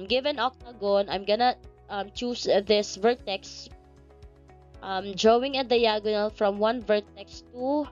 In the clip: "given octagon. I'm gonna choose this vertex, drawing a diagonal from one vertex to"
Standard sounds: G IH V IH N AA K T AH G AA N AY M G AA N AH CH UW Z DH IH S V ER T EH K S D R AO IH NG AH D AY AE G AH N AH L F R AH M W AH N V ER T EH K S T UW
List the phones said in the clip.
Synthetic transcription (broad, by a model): G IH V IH N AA K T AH G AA N AY M G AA N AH CH UW S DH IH S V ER T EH K S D R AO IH NG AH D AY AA G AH N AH L F R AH M W AH N V ER T EH K S T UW